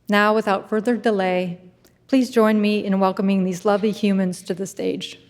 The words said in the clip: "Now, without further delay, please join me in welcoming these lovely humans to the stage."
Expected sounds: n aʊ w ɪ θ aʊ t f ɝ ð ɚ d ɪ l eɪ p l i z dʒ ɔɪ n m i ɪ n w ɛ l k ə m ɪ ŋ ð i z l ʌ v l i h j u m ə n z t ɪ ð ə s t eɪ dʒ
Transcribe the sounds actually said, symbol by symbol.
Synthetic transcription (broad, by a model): n aʊ w ɪ θ aʊ t f ɝ ð ɚ d ɪ l eɪ p l i z dʒ ɔɪ n m i ɪ n w ɛ l k ə m ɪ ŋ ð i z l ʌ v l i h j u m ə n z t ɪ ð ə s t eɪ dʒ